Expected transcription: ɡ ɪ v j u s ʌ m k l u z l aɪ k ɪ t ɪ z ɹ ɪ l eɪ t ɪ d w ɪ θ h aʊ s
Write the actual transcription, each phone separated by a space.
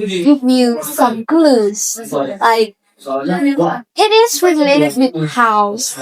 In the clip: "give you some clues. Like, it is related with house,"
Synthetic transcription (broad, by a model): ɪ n j u s ʌ m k l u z l aɪ k ɪ t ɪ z ɹ ɪ l eɪ t ɪ d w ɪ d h aʊ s